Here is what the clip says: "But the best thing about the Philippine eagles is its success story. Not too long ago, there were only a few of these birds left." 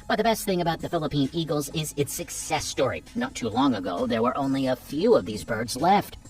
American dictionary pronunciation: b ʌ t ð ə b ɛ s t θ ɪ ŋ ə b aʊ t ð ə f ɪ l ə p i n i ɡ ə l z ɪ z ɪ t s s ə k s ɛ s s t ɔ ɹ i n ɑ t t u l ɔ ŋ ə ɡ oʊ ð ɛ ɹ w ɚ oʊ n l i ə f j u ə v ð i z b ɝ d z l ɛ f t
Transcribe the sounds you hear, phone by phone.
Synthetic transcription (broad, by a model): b ʌ t ð ə b ɛ s t θ ɪ ŋ ə b aʊ t ð ə f ɪ l ə p i n i ɡ l z ɪ z ɪ t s s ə k s ɛ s s t ɔ ɹ i n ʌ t t u l ɔ ŋ ə ɡ oʊ ð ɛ ɹ w ɚ oʊ n l i ə f j u ə v ð i z b ɝ d z l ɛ f t